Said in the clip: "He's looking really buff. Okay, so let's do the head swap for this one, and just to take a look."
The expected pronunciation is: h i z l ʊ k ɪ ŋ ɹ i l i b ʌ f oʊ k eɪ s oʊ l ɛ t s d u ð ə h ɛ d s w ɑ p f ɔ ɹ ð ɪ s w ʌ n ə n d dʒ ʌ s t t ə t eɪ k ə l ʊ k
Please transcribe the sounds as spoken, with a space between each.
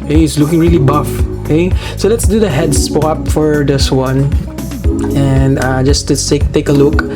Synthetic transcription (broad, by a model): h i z l ʊ k ɪ ŋ ɹ i l i b ʌ f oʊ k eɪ s oʊ l ɛ t s d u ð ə h ɛ d s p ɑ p f ɔ ɹ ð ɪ s w ʌ n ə n d dʒ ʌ s t s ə t eɪ k ə l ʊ k